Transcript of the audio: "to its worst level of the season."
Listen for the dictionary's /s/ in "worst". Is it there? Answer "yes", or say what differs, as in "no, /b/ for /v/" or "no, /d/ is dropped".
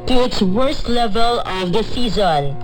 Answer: yes